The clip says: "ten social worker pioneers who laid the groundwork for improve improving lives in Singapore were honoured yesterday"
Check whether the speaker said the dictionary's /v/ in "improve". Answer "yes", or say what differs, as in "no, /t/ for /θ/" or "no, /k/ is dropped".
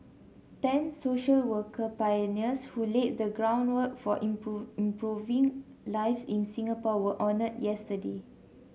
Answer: no, /v/ is dropped